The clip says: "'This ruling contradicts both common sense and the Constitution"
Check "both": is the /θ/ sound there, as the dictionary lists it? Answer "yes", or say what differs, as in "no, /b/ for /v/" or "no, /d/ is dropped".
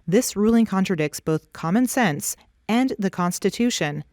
yes